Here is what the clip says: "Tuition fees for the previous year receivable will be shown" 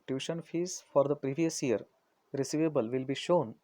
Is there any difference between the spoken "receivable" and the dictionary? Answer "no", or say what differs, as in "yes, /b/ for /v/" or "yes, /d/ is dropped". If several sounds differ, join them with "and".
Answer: no